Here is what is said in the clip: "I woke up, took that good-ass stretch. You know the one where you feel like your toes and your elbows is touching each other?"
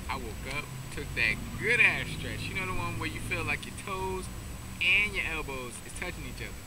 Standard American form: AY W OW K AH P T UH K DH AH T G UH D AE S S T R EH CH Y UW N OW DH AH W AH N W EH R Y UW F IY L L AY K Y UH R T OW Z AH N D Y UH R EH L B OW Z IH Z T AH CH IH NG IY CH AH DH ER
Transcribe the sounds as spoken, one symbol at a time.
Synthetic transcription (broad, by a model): AY W OW K AH P T UH K DH AH T G UH D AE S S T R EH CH Y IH N OW DH AH W AH N W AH R Y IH F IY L L AY K Y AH R T OW Z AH N Y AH R EH L B OW Z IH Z T AH CH IH NG IY CH AH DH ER